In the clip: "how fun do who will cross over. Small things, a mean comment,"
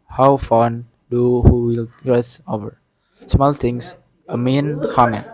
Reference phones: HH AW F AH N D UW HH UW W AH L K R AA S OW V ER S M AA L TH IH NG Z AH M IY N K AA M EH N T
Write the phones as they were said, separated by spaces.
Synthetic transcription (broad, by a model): HH AW F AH N D UW HH UW W AH L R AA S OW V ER S M AA L T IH NG S AH M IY N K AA M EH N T